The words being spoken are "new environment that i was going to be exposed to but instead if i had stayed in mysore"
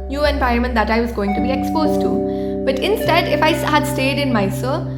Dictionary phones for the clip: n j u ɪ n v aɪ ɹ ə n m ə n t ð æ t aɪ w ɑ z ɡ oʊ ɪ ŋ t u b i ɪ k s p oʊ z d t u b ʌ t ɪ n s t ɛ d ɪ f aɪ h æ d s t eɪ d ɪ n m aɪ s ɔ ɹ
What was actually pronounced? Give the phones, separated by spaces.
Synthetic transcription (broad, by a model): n j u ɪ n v aɪ ə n m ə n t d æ t aɪ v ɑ z ɡ oʊ ɪ ŋ t u b i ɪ k s p oʊ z t u b ʌ t ɪ n s t ɛ d ɪ f aɪ h æ d s t eɪ d ɪ n m aɪ s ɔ